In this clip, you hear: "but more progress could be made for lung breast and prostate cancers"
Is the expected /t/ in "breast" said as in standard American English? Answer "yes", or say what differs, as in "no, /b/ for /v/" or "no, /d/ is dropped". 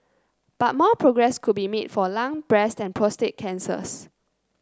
yes